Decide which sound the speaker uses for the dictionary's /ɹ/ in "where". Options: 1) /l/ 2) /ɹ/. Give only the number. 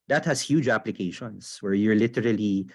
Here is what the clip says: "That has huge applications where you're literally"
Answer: 2